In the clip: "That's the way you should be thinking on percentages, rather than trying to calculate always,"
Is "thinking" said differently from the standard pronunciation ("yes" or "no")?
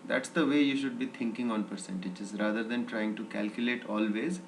yes